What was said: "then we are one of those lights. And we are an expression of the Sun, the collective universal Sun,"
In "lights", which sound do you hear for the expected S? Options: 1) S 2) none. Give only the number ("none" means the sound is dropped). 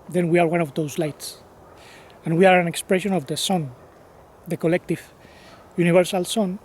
1